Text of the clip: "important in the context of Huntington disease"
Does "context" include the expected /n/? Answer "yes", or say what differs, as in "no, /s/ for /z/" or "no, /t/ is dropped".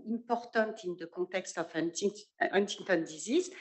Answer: no, /n/ is dropped